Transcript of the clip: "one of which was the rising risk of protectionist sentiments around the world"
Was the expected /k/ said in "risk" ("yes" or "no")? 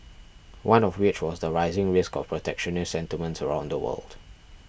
yes